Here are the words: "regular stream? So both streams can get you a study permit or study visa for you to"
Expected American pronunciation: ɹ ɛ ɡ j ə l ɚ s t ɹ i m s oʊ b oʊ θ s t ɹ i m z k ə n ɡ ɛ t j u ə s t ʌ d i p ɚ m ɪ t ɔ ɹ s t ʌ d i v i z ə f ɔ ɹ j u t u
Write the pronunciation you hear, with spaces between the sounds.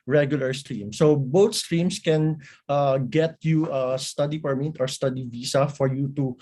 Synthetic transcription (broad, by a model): ɹ ɛ ɡ j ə l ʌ s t ɹ i m s oʊ b oʊ t s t ɹ i m s k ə n ɡ ɛ t j u ə s t ʌ d i p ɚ m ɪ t ɔ ɹ s t ʌ d i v i s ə f ɔ ɹ j u t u